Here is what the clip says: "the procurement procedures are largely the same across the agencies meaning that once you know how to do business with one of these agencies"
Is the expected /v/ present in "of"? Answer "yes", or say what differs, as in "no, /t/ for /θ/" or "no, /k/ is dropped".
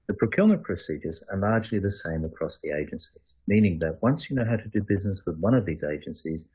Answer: yes